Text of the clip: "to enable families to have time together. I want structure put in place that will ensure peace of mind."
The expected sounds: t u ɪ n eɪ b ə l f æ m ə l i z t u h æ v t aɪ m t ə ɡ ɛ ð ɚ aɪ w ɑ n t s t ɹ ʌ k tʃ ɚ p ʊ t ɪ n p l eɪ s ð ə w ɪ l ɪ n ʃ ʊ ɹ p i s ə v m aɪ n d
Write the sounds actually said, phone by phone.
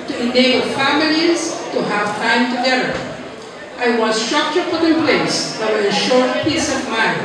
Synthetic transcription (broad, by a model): t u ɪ n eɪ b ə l f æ m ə l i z t u h æ v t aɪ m t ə ɡ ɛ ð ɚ aɪ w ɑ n s t ɹ ʌ k tʃ ɚ f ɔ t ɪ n p l eɪ s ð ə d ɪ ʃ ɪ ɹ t p i s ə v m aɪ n